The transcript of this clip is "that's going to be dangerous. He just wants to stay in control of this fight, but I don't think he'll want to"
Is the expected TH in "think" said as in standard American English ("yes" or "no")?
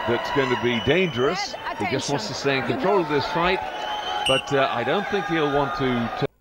yes